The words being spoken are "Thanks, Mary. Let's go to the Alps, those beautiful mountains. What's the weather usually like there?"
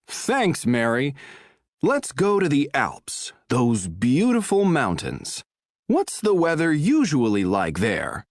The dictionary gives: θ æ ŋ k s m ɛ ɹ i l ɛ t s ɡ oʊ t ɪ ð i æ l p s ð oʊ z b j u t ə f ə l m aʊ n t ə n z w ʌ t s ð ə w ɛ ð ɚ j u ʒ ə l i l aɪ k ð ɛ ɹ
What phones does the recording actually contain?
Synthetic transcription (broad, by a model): θ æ ŋ k s m ɛ ɹ i l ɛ t s ɡ oʊ t ɪ ð i æ l p s ð oʊ z b j u t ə f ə l m aʊ n t ə n z w ʌ t s ð ə w ɛ ð ɚ j u ʒ ə l i l aɪ k ð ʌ ɹ